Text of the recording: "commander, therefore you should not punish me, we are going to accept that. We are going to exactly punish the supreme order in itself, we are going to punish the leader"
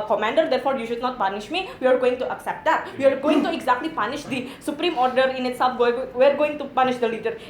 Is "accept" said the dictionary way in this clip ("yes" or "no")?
yes